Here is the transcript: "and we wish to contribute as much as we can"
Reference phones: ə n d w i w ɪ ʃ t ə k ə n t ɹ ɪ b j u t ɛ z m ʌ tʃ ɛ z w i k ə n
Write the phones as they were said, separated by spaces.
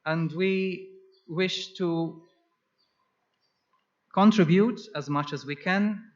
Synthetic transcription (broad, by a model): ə n d w i w ɪ ʃ t ə k ə n t ɹ ɪ b j u t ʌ z m ʌ tʃ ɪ z w i k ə n